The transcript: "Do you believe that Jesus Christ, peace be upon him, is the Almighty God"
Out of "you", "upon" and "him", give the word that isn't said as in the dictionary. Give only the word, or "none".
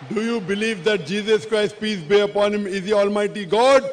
none